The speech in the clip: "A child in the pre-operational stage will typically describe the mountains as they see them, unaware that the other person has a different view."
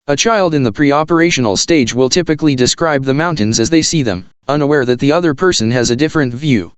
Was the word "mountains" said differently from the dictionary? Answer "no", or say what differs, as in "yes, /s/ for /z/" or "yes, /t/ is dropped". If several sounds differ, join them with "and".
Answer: no